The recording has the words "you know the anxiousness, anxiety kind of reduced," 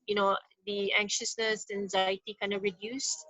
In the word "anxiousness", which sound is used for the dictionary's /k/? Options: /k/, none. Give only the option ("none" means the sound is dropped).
/k/